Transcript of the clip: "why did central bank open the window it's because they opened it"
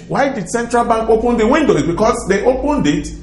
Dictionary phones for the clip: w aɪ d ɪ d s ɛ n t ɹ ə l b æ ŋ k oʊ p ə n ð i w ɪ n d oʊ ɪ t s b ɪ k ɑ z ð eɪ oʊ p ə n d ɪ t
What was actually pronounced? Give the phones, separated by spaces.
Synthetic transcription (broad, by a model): w aɪ d ɪ d s ɛ n t ɹ ə l b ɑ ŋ k oʊ p ə n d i w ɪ n d oʊ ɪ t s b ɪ k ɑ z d eɪ oʊ p ə n d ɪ t